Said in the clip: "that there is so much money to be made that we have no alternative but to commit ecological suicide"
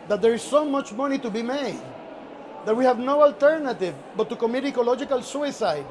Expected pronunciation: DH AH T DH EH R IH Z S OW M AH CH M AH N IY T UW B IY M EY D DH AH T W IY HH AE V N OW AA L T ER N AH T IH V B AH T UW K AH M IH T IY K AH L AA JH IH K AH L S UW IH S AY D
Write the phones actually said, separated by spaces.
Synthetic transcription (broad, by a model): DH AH T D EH R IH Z S OW M AH CH M AH N IY T UW B IY M EY D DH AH T W IY HH AE V N OW AA L T ER N AH T IH V B AH T UW K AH M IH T IY K AH L AA JH IH K AH L S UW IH S AY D